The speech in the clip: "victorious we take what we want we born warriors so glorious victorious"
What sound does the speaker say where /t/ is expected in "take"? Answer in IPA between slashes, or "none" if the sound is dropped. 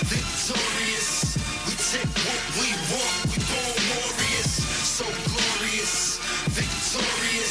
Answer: /s/